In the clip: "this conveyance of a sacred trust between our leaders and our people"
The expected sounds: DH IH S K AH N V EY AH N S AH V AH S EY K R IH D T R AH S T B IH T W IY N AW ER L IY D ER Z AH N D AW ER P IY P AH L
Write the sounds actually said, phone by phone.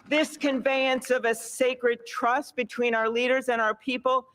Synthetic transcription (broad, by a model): DH IH S K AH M V EY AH N S AH V AH S EY K R IH D T R AH S T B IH T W IY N AW ER L IY D ER Z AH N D AW ER P IY P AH L